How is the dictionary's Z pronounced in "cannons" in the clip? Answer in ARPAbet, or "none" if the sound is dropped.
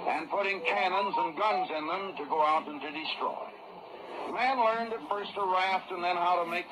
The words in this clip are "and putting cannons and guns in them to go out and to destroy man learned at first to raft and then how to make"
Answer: Z